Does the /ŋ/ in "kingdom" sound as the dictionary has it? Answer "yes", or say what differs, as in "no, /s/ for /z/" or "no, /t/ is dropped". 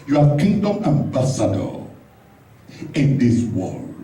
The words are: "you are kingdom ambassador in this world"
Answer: yes